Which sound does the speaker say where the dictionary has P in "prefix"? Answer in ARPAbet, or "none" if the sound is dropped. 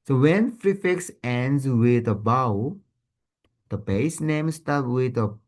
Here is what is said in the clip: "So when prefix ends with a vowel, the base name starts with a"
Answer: F